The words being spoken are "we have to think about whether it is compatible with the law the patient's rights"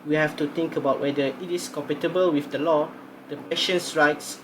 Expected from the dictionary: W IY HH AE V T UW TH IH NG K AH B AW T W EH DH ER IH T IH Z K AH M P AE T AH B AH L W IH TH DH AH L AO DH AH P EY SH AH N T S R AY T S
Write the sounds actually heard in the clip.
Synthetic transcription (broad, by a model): W IY HH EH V T UW T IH NG K AH B AW T W EH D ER IH T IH S K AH M P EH T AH B AH L W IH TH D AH L AO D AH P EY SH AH N S R AY T S